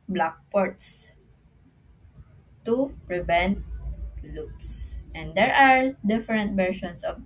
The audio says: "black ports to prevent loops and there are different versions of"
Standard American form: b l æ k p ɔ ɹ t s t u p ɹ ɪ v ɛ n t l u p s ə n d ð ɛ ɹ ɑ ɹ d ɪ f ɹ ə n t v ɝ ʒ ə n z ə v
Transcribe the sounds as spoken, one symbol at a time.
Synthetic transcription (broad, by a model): b l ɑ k p ɔ ɹ t s t u p ɹ ɪ v ɛ n t l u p s ə n d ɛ ɹ ɑ ɹ d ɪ f ɹ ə n t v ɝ ʃ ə n s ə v